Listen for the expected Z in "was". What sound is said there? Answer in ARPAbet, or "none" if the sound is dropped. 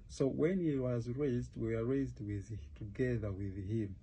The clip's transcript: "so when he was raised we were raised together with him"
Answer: Z